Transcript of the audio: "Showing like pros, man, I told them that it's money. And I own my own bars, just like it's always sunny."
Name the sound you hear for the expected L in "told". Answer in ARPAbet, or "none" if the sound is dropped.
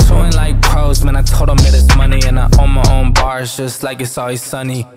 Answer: none